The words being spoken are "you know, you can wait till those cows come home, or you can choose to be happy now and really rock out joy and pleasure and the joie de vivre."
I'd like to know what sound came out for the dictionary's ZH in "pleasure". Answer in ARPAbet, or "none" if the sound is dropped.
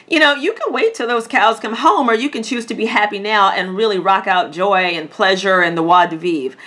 ZH